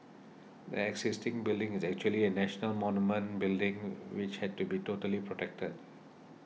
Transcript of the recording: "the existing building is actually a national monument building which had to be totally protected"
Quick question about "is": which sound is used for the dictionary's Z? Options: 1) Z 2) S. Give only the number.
1